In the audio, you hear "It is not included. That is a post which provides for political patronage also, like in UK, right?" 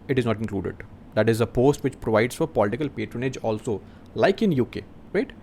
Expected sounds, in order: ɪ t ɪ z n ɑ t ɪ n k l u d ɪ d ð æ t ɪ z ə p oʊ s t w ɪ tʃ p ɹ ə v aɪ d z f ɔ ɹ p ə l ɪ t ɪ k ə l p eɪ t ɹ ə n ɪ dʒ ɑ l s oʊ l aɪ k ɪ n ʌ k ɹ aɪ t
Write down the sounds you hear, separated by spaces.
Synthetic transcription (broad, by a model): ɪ t ɪ z n ɑ t ɪ n k l u d ɪ d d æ t ɪ z ə p oʊ s t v ɪ tʃ p ɹ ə v aɪ d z f ɔ ɹ p ə l ɪ t ɪ k ə l p eɪ t ɹ ə n ɪ dʒ ɑ l s oʊ l aɪ k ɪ n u k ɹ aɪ t